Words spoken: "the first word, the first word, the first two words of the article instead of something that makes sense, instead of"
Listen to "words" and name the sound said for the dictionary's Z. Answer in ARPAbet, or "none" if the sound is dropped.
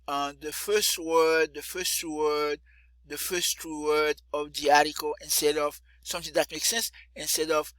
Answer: none